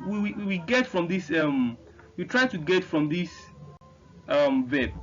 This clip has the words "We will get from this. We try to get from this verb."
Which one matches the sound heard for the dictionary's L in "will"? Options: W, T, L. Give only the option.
W